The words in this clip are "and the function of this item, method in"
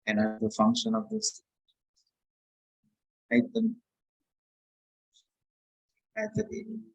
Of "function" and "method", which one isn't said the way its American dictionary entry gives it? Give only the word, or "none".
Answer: method